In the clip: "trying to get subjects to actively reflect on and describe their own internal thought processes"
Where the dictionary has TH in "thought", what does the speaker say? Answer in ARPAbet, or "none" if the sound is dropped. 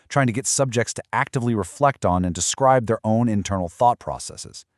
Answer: TH